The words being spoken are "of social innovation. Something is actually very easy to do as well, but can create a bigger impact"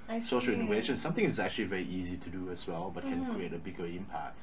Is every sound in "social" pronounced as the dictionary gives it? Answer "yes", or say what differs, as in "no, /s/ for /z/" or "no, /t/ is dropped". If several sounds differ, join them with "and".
yes